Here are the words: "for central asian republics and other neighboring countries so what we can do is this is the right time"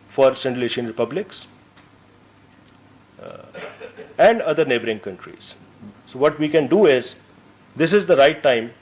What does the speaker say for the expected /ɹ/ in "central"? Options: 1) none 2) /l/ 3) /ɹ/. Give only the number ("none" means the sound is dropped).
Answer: 1